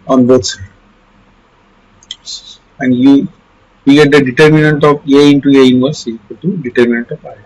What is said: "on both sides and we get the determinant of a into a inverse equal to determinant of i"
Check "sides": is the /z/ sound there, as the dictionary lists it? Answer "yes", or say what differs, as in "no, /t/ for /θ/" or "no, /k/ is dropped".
no, /z/ is dropped